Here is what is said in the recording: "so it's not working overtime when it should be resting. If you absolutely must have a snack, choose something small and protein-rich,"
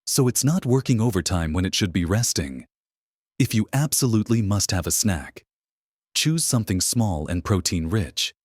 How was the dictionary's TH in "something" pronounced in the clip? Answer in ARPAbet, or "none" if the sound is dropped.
TH